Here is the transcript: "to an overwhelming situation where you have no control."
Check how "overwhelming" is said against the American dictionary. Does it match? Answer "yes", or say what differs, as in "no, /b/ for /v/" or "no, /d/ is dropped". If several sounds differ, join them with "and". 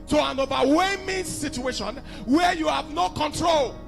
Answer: no, /l/ is dropped